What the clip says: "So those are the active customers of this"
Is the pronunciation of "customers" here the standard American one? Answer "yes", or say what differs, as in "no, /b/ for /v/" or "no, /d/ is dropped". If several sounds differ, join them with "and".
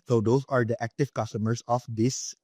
no, /s/ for /z/